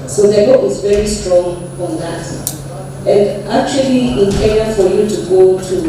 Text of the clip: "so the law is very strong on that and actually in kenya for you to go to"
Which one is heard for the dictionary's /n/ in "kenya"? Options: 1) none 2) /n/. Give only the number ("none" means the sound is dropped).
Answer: 1